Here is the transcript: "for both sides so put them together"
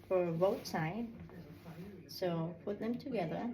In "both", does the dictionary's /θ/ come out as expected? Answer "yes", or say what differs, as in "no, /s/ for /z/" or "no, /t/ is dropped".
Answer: no, /t/ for /θ/